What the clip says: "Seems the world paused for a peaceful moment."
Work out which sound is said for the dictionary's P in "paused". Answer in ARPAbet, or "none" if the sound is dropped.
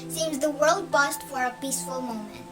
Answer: B